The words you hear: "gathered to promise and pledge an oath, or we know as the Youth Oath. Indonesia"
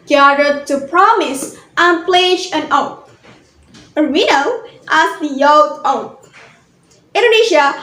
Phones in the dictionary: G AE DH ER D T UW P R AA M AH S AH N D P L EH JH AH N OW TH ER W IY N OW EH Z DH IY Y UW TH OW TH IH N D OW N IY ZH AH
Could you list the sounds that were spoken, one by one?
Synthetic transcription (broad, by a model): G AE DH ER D T UW P R AA M AH S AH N P L EH JH AH N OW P ER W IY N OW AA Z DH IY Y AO T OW T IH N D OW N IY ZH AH